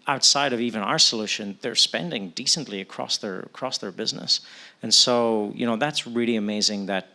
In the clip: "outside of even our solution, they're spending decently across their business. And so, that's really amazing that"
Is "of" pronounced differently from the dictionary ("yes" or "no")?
no